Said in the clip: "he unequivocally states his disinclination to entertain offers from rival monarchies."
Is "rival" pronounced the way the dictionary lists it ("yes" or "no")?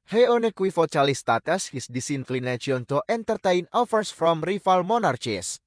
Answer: no